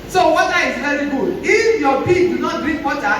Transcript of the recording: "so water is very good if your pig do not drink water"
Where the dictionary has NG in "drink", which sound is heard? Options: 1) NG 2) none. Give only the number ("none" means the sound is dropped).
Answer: 2